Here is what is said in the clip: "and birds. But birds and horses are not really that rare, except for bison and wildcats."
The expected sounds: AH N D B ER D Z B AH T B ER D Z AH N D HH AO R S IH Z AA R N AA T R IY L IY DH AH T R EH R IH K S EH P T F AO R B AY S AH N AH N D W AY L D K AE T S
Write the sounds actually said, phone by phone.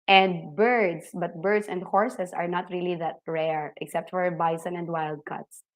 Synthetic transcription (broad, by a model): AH N D B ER D S B AH T B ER D S AH N D HH AO R S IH S AA R N AA T R IY L IY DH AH T R EH R IH K S EH P T F AO R B AY S AH N AH N D W AY L D K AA T S